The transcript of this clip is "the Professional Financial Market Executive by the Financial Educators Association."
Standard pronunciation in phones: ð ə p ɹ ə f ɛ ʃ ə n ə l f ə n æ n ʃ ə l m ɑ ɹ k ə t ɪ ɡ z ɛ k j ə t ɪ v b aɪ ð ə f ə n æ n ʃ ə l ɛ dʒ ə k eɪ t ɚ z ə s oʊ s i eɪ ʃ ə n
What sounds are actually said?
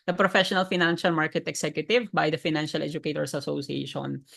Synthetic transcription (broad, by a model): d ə p ɹ ə f ɛ ʃ ə n ə l f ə n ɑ n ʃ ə l m ɑ ɹ k ə t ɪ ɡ s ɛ k j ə t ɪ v b aɪ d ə f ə n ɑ n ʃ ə l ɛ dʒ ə k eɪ t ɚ s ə s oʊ s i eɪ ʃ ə n